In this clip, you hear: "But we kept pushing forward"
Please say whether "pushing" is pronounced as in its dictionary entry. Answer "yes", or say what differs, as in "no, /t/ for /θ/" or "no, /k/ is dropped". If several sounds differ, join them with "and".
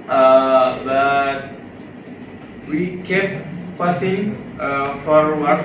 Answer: no, /s/ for /ʃ/